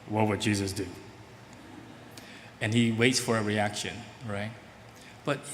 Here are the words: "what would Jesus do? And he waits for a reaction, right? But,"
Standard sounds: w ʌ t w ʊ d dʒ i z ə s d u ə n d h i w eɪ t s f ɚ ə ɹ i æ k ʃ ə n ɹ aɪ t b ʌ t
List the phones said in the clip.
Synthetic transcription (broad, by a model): w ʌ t w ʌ d dʒ i z ə s d u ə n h i w eɪ t s f ɚ ə ɹ i æ k ʃ ə n ɹ aɪ t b ʌ t